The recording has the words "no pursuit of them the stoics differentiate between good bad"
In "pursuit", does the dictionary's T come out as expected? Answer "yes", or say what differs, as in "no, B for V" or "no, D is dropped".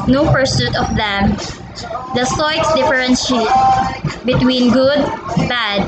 yes